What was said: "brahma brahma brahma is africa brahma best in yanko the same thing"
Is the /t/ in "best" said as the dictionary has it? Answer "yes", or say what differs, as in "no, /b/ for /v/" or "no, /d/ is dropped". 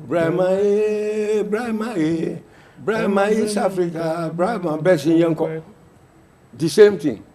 no, /t/ is dropped